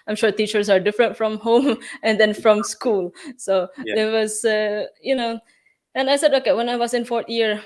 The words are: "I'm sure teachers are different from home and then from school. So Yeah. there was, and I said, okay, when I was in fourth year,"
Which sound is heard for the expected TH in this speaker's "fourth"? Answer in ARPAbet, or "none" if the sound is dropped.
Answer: T